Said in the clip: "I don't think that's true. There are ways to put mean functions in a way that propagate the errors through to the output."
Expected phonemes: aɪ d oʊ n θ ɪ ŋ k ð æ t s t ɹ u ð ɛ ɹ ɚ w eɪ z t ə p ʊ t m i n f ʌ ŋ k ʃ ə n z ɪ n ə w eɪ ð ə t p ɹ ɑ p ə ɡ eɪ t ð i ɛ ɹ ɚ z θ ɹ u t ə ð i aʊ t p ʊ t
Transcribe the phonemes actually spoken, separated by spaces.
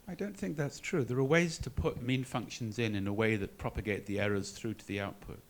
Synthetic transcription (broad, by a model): aɪ d oʊ n θ ɪ ŋ k ð æ t s t ɹ u ð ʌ ɹ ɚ w eɪ z t ə p ʊ t m i n f ʌ ŋ k ʃ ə n z ɪ n ə w eɪ ð ə t p ɹ ɑ p ə ɡ eɪ t ð i ɛ ɹ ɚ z θ ɹ u t ə ð i aʊ t p ʊ t